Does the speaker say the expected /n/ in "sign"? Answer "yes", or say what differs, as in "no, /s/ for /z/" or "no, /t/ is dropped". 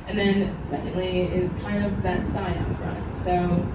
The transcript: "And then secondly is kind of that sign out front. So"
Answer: no, /n/ is dropped